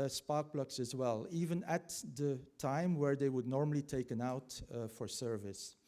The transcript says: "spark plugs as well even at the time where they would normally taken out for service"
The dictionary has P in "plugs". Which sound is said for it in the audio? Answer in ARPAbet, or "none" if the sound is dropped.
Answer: B